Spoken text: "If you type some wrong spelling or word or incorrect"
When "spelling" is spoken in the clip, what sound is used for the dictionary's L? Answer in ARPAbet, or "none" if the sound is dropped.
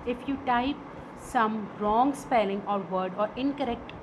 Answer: L